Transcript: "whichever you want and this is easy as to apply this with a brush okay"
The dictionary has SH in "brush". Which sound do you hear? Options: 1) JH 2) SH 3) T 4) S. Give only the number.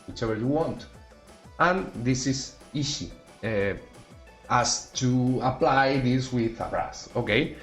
4